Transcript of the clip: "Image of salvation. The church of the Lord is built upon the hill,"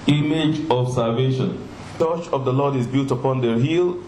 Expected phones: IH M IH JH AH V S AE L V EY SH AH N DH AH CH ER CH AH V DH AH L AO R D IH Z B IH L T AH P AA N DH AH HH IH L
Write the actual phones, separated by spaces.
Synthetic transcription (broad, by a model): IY M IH JH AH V S AE L V EY SH AH N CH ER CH AH V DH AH L AO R D IH Z B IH L T AH P AA N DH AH HH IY L